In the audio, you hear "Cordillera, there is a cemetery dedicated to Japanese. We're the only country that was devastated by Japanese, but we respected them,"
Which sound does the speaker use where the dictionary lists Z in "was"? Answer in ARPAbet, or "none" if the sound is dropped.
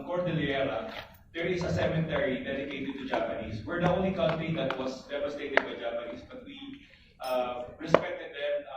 S